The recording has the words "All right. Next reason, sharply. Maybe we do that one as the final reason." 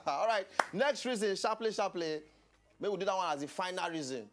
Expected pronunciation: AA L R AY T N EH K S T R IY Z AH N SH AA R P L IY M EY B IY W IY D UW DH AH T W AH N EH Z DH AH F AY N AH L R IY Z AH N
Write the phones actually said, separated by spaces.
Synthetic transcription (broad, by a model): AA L R AY T N EH K S T R IY Z AH N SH AA P L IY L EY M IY W IY D UW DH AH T W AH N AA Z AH F AY N AH L R IY Z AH N